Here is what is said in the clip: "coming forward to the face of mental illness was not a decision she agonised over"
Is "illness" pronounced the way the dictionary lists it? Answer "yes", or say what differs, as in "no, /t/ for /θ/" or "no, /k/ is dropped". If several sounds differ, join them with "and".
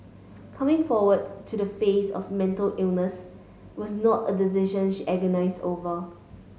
yes